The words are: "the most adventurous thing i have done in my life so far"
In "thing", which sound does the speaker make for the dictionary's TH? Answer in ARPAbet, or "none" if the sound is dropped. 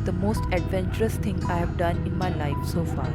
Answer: T